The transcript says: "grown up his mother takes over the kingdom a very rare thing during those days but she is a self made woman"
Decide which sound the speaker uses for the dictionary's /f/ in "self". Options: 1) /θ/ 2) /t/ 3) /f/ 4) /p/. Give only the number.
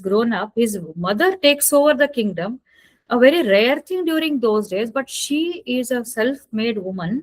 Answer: 3